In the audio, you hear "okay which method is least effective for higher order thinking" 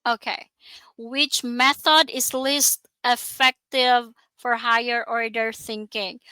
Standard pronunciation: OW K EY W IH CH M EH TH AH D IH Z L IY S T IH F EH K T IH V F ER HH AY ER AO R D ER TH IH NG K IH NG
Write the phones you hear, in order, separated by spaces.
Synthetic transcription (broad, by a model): OW K EY W IH CH M EH TH AH D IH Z L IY S T IH F EH K T IH V F ER HH AY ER AO R D ER TH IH NG K IH NG